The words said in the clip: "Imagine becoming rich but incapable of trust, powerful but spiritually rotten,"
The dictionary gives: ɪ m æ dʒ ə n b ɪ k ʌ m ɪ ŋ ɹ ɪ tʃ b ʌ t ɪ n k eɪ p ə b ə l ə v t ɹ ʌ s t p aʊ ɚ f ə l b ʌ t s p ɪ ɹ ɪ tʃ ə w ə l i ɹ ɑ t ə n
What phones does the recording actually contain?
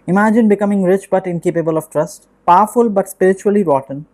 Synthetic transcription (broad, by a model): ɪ m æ dʒ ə n b ɪ k ʌ m ɪ ŋ ɹ ɪ tʃ b ʌ t ɪ n k eɪ p ə b ə l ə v t ɹ ʌ s t p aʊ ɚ f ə l b ʌ t s p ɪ ɹ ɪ tʃ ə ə l i ɹ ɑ t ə n